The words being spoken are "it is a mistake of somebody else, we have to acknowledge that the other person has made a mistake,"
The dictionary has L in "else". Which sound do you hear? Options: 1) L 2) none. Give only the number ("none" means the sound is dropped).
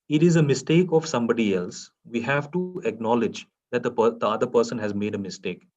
1